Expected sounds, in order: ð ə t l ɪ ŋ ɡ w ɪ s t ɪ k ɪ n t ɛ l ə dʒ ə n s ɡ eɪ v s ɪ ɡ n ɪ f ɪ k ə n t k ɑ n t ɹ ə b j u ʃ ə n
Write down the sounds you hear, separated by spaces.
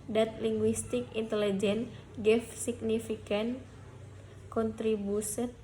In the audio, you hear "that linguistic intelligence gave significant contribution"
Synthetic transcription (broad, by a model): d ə t l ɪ ŋ ɡ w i s t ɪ k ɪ n t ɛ l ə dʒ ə n ɡ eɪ f s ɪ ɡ n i f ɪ k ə n k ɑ n t ɹ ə b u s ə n